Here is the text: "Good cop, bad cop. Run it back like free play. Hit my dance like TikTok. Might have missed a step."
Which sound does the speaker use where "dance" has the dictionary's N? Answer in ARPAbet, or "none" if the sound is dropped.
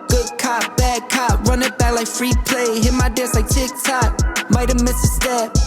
none